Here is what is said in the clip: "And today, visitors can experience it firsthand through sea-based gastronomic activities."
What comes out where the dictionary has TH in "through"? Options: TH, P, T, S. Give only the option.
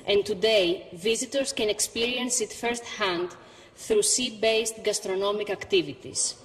TH